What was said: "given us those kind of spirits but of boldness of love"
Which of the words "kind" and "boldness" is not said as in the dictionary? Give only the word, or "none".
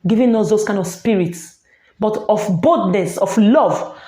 boldness